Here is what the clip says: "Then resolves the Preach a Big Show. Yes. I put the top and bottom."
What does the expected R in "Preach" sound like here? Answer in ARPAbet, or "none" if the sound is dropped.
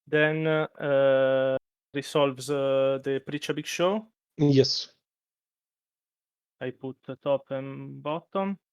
R